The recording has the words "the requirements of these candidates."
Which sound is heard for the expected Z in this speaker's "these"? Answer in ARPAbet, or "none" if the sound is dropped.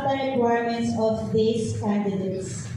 S